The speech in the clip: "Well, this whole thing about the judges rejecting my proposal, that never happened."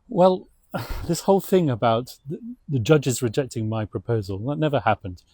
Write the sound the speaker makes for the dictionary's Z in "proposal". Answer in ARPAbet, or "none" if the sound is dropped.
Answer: Z